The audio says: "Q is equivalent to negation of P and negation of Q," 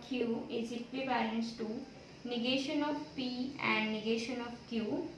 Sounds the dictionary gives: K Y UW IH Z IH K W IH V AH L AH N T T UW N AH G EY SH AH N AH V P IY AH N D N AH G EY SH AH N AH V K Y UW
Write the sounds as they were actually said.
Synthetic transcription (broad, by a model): K Y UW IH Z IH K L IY B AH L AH N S T UW N AH G EY SH AH N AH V P IY AH N D N AH G EY SH AH N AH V K Y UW